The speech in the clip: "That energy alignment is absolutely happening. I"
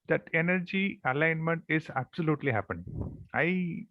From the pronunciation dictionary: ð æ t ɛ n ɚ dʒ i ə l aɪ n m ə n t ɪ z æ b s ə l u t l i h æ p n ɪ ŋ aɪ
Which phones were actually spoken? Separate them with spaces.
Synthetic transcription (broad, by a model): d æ t ɛ n ɚ dʒ i ə l aɪ n m ə n t ɪ z æ b s ə l u t l i h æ p ɪ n aɪ